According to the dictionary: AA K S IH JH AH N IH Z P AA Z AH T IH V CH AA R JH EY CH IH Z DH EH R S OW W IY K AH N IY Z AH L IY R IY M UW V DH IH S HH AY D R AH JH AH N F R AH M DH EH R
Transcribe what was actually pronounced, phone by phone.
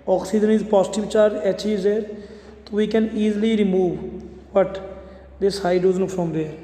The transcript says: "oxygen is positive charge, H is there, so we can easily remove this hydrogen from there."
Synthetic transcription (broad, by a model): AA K S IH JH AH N IH Z P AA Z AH T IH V CH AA R EY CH IH Z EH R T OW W IY K AH N IY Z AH L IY R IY M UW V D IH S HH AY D AH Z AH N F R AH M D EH